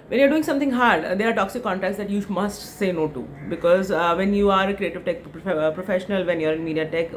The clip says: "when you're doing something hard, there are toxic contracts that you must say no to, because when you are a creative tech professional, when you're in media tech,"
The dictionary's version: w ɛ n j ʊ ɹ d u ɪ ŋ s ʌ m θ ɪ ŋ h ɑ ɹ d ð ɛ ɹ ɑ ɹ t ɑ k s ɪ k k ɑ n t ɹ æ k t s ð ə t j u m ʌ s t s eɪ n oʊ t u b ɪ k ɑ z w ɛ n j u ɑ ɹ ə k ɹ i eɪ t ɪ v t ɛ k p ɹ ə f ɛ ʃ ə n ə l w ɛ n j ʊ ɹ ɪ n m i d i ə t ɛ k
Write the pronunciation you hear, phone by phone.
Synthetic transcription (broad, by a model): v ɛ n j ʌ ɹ d u ɪ ŋ s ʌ m t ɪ ŋ h ɑ ɹ d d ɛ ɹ ɑ ɹ t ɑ k s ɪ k k ɑ n t ɹ æ k t s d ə t j u m ʌ s t s eɪ n oʊ t u b ɪ k ɑ z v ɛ n j u ɑ ɹ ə k ɹ i eɪ t ɪ v t ɛ k p ɹ ə f ɛ ʃ ə n ə l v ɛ n j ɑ ɹ ɪ n m i d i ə t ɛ k